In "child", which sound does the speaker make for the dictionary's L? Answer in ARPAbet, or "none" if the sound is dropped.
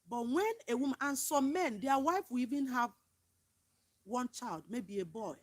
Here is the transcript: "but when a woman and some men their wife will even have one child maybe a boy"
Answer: L